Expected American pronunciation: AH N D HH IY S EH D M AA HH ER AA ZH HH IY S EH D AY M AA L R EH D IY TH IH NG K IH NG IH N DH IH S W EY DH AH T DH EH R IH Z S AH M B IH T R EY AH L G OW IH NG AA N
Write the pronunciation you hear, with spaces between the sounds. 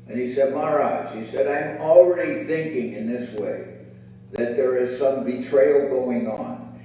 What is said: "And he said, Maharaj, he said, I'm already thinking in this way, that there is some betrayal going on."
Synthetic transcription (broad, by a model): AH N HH IY S EH D M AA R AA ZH HH IY S EH D AY M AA L R EH D IY TH IH NG K IH NG IH N DH IH S W EY DH AH T DH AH R IH Z S AH M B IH T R EY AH L G OW IH NG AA N